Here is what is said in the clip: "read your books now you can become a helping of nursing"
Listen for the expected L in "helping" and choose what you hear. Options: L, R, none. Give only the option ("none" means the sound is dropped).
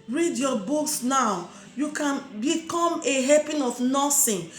none